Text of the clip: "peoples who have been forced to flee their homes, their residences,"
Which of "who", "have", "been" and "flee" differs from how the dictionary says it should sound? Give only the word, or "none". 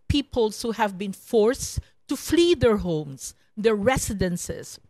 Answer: none